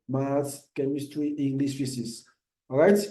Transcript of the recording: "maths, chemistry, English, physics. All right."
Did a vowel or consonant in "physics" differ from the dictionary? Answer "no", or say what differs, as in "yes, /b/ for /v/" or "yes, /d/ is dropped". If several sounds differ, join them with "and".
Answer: yes, /s/ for /z/ and /k/ is dropped